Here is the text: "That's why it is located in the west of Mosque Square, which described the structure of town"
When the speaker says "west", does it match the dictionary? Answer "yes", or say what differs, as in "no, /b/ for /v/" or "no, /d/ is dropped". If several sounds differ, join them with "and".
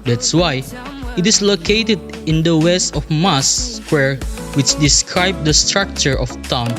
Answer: yes